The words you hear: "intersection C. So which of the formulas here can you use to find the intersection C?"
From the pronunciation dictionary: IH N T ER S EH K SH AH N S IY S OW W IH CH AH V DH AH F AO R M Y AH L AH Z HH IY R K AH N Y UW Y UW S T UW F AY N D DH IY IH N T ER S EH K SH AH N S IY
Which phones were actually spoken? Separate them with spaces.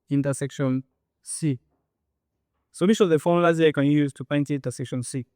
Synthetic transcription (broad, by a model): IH N T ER S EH K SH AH N S IY S OW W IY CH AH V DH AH F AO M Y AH L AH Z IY K AH N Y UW Y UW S T UW P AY N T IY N T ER S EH K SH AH N S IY